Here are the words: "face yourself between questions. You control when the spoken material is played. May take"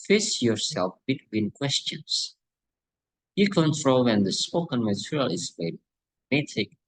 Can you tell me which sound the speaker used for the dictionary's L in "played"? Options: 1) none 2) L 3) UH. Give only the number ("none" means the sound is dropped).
1